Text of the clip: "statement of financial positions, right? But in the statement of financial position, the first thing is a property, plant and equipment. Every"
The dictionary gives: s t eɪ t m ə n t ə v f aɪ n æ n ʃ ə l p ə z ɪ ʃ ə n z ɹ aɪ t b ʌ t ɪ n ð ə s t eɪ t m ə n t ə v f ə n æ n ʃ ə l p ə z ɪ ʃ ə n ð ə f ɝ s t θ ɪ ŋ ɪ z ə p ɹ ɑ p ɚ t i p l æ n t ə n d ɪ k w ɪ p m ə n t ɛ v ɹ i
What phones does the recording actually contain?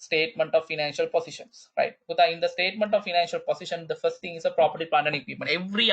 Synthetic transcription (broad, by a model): s t eɪ t m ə n t ə v f aɪ n æ n ʃ ə l p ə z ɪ ʃ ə n s ɹ aɪ t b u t ɪ n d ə s t eɪ t m ə n t ə v f ə n æ n ʃ ə l p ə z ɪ ʃ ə n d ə f ɝ s t t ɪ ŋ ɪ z ə p ɹ ɑ p ɚ t i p æ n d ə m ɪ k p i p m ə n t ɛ v ɹ i